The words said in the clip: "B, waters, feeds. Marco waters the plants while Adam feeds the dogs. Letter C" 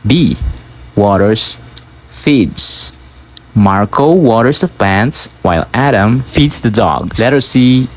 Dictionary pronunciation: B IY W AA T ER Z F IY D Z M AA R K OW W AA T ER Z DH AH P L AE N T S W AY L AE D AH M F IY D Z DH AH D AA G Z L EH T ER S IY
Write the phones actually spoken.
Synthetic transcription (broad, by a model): B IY W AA T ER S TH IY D S M AA R K OW W AA T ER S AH P L AE N T S W AY L AE D AH M F IY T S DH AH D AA G S L EH T ER S IY